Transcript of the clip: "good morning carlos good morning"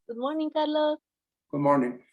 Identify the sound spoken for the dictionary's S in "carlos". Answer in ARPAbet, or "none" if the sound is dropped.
none